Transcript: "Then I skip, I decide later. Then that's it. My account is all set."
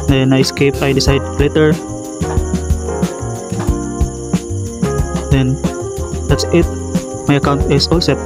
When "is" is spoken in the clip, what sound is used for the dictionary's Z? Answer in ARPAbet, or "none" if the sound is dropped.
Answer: S